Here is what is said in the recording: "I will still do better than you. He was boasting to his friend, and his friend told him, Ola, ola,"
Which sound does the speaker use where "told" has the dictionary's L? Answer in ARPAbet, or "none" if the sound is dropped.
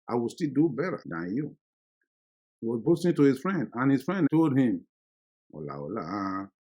L